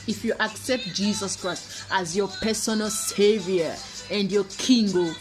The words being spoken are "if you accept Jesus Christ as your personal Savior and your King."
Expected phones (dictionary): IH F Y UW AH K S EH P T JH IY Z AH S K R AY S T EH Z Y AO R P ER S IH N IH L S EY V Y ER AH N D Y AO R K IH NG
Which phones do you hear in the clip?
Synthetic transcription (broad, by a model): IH F Y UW AH K S EH P T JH IY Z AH S K R AY S T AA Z Y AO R P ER S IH N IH L S EY V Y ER AH N D Y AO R K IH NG